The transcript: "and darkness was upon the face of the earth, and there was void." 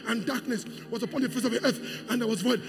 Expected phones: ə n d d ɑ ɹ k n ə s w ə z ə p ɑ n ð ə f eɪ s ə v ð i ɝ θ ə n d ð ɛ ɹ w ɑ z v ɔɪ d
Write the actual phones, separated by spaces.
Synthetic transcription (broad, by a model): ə n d d ɑ ɹ k n ə s w ə z ə p ɑ n ð ə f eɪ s ə v ð i ɝ θ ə n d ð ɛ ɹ w ɑ z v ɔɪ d